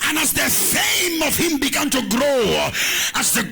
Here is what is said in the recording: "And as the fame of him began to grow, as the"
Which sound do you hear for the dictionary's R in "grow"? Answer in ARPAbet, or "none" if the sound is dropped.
R